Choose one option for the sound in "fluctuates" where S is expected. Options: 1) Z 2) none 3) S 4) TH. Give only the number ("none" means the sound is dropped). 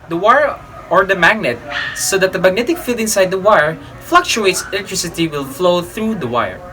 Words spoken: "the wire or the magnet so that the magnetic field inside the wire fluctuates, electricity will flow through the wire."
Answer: 3